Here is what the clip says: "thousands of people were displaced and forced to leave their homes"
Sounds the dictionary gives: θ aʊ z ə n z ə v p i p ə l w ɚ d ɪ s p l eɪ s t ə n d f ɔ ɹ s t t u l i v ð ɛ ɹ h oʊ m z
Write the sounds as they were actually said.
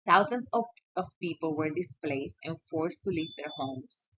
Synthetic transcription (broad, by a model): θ aʊ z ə n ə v p i p ə l w ɚ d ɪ s p l eɪ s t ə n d f ɔ ɹ s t t u l i v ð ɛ ɹ h oʊ m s